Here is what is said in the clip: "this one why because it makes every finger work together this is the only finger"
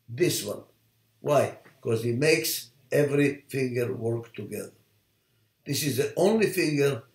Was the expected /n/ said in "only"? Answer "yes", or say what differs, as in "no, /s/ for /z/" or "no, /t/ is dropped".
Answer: yes